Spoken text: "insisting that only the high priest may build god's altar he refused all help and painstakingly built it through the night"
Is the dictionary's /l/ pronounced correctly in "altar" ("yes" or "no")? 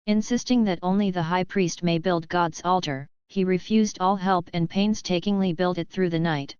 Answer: yes